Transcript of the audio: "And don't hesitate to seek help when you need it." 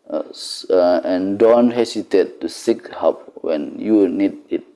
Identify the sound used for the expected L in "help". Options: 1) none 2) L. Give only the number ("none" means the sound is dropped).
1